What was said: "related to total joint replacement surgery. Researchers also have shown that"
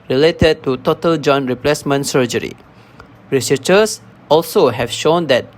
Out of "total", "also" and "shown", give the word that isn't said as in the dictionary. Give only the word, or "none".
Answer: none